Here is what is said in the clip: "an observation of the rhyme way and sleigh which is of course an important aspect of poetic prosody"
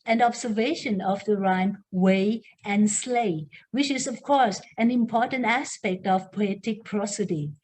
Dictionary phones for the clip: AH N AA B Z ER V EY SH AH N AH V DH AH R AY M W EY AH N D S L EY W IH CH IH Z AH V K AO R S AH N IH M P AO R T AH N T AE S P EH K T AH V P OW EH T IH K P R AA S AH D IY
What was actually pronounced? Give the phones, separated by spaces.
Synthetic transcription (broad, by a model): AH N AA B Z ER V EY SH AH N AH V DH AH R AY M W EY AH N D S L EY W IH CH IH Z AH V K AO R S AH N IH M P AO R T AH N T AE S P EH K T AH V P OW EH T IH K P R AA S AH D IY